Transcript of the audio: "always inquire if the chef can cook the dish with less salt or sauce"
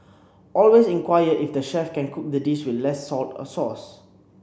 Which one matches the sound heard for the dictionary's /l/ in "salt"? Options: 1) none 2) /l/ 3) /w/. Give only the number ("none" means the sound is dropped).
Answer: 2